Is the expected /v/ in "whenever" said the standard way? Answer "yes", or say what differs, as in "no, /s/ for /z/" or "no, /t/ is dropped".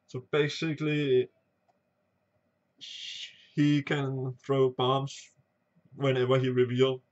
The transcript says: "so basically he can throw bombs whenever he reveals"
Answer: no, /w/ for /v/